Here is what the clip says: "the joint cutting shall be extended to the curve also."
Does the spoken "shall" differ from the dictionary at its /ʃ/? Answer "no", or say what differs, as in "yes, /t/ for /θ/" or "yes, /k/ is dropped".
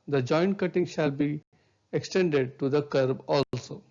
no